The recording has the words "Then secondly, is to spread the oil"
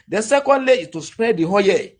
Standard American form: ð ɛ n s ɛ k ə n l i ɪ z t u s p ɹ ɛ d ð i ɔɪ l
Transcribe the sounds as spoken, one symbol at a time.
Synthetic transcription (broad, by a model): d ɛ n s ɛ k ə n l i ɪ t u s p ɹ ɛ d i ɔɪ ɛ